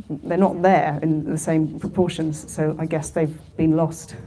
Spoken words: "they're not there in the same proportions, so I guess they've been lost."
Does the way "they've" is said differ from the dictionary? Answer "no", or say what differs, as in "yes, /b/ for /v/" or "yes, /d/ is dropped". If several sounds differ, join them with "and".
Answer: no